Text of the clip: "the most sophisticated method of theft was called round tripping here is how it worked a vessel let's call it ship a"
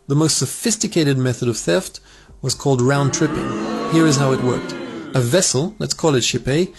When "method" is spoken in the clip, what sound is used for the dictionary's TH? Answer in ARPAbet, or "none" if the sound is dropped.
TH